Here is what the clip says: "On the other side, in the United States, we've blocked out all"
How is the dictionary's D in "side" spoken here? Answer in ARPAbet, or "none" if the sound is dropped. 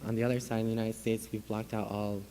none